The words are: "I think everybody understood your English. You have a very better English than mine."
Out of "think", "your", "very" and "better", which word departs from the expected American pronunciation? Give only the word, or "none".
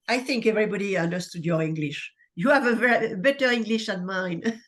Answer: none